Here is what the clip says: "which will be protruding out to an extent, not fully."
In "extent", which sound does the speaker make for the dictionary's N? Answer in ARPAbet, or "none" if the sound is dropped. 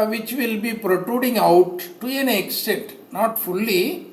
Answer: none